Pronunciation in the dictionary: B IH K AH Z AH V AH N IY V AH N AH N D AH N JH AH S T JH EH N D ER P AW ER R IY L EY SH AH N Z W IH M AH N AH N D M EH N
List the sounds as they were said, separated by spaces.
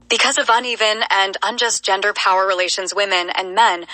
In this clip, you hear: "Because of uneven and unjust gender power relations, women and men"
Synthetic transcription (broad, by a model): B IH K AH Z AH V AH N IY V AH N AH N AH N JH AH S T JH EH N D ER P AW ER R IY L EY SH AH N Z W IH M AH N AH N M EH N